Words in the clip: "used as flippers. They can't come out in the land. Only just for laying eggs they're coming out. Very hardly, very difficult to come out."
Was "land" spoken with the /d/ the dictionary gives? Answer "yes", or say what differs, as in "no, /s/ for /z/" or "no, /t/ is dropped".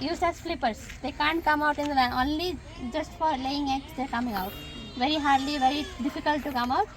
no, /d/ is dropped